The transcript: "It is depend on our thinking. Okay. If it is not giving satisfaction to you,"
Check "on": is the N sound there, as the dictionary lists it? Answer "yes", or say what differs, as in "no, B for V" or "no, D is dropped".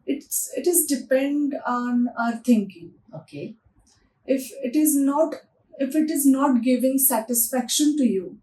yes